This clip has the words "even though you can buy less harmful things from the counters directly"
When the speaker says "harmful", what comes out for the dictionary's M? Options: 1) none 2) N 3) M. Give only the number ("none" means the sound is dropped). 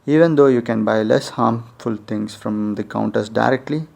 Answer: 3